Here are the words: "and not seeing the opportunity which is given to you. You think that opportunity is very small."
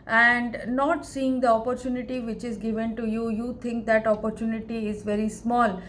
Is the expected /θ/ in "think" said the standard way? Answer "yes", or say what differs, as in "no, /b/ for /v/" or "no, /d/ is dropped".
no, /t/ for /θ/